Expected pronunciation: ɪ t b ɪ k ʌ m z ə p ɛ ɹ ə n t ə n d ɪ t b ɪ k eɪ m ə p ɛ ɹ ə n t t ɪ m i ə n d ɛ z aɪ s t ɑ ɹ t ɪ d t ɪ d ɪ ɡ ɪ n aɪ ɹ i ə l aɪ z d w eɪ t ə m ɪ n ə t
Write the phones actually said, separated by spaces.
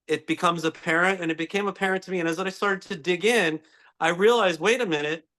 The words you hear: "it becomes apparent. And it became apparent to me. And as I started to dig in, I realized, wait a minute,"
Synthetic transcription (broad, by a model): ɪ t b ɪ k ʌ m z ə p ɛ ɹ ə n t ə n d ɪ t b ɪ k eɪ m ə p ɛ ɹ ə n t t ɪ m i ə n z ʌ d aɪ s t ɑ ɹ t ɪ d t ɪ d ɪ ɡ ɪ n aɪ ɹ i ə l aɪ z w eɪ t ə m ɪ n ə t